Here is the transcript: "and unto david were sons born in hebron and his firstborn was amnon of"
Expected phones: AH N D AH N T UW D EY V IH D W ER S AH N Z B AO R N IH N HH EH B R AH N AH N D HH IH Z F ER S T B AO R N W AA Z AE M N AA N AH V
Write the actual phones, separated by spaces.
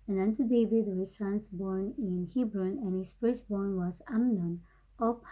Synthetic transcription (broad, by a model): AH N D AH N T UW D EY V IH D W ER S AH N S B AO R N IH N HH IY B R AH N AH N HH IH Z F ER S B AO R N W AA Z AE M N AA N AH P